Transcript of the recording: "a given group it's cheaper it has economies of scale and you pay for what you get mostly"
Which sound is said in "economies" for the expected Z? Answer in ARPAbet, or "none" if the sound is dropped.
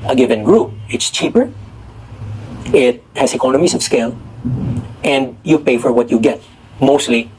S